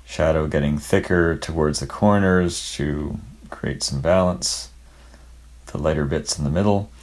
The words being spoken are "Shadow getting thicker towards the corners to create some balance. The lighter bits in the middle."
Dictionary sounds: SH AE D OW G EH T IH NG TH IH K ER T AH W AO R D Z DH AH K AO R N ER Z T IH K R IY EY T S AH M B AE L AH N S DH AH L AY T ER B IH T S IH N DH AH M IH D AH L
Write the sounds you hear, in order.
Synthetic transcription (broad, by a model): SH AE D OW G EH T IH NG TH IH K ER T AH W AO R D Z DH AH K AO R N ER Z T IH K R IY EY T S AH M B AE L AH N S DH AH L AY T ER B IH T S N DH AH M IH D L